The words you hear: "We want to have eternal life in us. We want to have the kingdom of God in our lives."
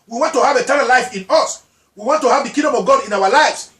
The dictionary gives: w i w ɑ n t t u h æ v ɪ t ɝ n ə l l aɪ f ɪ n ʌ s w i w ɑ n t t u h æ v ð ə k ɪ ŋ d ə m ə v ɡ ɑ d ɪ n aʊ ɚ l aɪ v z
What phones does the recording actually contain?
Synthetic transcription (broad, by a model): w i w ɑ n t t u h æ v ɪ t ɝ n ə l l aɪ f ɪ n ʌ s w i w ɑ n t t u h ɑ v ð ə k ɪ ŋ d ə m ə v ɡ ɑ d ɪ n aʊ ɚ l aɪ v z